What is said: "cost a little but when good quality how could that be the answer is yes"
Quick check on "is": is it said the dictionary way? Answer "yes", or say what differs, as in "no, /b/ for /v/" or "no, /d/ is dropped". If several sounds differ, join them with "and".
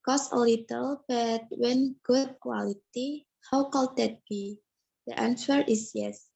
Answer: no, /s/ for /z/